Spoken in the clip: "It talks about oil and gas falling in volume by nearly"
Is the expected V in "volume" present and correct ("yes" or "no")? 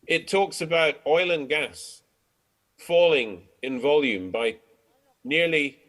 yes